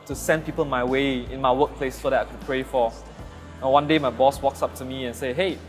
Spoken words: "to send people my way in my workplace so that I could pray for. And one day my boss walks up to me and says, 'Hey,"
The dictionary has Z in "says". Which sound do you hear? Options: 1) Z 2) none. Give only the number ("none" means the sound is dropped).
2